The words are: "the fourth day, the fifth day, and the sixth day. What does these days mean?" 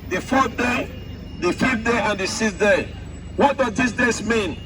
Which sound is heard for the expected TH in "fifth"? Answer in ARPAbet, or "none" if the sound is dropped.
F